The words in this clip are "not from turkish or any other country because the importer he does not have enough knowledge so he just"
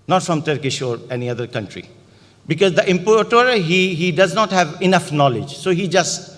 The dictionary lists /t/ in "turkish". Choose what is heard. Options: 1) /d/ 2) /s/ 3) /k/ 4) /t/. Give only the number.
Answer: 4